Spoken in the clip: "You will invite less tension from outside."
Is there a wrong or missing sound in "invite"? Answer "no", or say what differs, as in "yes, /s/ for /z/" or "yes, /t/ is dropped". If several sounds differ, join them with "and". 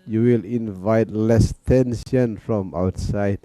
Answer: no